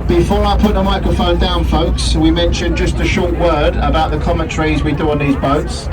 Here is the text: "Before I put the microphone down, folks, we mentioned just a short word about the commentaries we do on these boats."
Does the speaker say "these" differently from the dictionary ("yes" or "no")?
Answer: no